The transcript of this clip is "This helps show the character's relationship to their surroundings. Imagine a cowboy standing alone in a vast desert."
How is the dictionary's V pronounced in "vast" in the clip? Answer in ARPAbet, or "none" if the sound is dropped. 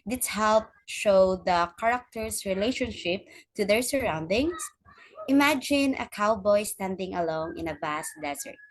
B